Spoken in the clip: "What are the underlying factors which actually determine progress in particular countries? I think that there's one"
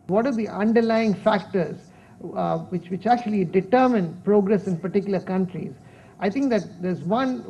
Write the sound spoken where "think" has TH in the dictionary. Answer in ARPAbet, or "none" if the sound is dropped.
T